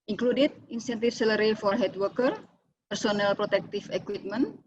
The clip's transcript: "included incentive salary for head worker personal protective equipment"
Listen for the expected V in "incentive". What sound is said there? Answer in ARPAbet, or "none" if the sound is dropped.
F